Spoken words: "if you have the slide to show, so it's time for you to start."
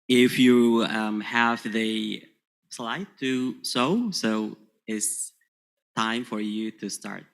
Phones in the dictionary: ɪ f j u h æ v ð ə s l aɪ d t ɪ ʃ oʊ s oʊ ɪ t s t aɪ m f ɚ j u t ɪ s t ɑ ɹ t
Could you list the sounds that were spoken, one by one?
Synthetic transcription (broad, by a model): ɪ f j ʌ h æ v ð ə s l aɪ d t ɪ s oʊ s oʊ ɪ t s t aɪ m f ɚ j u t ɪ s t ɑ ɹ t